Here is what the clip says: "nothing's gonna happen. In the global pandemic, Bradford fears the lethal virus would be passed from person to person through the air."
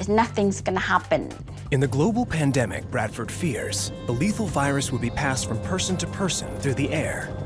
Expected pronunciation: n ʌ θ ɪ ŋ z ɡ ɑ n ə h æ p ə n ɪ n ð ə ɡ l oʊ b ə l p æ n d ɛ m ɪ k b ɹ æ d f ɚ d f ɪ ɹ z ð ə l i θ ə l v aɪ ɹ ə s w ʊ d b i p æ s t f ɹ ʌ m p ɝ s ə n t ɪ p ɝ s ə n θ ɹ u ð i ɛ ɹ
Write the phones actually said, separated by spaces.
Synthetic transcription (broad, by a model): n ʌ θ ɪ ŋ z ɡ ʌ n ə h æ p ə n ɪ n ð ə ɡ l oʊ b l p æ n d ɛ m ɪ k b ɹ æ d f ɚ d f ɪ ɹ z ð ə l i θ l v aɪ ɹ ə s w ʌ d b i p æ s t f ɹ ʌ m p ɝ s ə n t ɪ p ɝ s ə n θ ɹ u ð i ɛ ɹ